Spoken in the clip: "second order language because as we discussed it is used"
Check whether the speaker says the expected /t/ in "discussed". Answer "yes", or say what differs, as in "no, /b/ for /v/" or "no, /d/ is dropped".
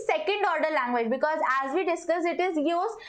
no, /t/ is dropped